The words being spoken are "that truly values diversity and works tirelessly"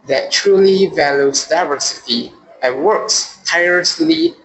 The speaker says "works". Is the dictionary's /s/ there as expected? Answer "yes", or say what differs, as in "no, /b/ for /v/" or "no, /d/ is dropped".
yes